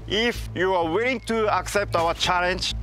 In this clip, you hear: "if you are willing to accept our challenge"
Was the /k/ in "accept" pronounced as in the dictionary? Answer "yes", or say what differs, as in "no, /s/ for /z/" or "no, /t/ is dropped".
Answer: yes